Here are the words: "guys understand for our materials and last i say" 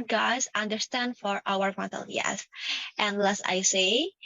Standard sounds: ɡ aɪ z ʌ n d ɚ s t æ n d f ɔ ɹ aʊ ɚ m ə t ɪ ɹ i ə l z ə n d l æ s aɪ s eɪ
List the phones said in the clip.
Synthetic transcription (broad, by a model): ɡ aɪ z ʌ n d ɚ s t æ n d f ɔ ɹ aʊ ɚ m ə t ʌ l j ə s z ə n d l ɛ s aɪ s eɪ